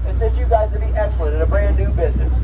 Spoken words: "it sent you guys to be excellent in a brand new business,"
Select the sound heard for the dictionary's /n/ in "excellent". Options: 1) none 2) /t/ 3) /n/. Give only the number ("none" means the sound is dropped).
1